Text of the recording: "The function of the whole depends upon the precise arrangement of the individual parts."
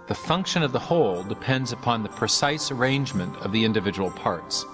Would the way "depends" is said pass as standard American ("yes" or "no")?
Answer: yes